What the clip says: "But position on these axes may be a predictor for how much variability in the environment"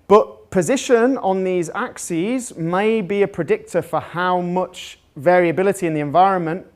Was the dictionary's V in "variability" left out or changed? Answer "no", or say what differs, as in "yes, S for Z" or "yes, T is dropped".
no